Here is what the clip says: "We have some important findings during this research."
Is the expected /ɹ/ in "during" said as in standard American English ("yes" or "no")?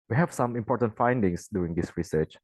no